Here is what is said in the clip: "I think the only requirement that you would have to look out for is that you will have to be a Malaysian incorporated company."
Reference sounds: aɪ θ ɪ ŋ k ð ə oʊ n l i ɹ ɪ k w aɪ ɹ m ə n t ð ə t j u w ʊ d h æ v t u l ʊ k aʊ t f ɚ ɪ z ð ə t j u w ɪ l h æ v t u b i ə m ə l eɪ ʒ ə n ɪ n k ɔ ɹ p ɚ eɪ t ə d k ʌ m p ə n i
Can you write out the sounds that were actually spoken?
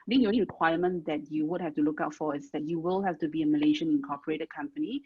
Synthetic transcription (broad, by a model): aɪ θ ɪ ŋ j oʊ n i ɹ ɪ k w aɪ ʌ m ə n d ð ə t j u w ʊ d h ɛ f t u l ʊ k aʊ t f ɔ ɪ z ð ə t j u w ɪ l h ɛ f t u b i ə m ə l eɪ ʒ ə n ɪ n k ɔ p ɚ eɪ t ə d k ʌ m p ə n i